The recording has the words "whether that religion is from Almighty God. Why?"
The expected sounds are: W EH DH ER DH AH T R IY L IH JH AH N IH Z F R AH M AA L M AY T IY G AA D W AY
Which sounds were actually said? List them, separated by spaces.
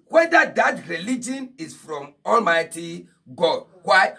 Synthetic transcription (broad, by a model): W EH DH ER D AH T R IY L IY JH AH N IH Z F R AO M AA L M AY T IY G AA D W AY